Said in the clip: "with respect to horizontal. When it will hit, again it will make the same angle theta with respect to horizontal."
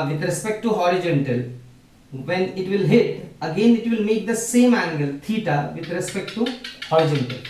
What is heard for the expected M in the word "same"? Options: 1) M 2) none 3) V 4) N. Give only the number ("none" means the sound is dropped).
1